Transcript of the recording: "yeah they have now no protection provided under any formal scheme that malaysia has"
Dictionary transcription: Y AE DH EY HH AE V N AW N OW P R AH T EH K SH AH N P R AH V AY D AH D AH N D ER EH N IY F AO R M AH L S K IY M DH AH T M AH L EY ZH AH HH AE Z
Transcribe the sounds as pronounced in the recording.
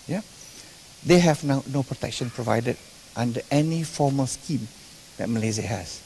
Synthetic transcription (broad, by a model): Y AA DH EY HH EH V N AW N OW P R AH T EH K SH AH N P R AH V AY D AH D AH N D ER EH N IY F AO M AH L S K IY M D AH T M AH L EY Z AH HH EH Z